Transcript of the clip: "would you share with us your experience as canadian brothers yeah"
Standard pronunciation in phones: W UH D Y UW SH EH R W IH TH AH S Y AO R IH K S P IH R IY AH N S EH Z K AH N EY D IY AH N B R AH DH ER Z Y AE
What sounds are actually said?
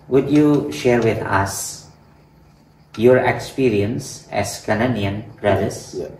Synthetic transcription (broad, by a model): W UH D Y UW SH EH R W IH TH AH S Y AO R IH K S P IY R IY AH N S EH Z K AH N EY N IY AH N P R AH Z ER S